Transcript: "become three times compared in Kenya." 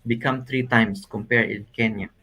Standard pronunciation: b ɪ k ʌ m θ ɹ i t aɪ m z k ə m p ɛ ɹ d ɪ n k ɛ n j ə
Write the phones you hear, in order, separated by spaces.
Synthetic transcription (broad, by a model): b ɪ k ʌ m t ɹ i t aɪ m s k ə m p ɛ ɹ d ɪ n k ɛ n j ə